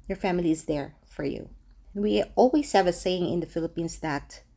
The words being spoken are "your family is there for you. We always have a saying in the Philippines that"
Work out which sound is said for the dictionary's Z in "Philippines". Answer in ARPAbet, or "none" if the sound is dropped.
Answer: S